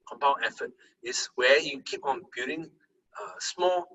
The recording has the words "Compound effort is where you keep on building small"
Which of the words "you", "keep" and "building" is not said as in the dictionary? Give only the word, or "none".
building